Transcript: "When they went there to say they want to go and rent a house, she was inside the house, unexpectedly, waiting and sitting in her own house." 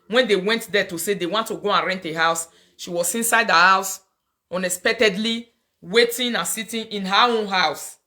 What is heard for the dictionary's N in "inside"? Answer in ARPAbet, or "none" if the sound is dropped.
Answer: N